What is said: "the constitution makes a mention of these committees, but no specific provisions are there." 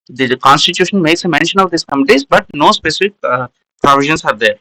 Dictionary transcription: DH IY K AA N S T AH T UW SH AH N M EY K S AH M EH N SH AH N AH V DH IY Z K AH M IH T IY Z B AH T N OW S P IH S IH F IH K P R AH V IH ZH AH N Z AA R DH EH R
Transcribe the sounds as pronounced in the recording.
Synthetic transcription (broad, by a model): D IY K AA N S T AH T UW SH AH N M EY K S AH M EH N SH AH N AH V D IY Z K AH M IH T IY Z B AH T N OW S P IH S IH F IH K P R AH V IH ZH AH N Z AA R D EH R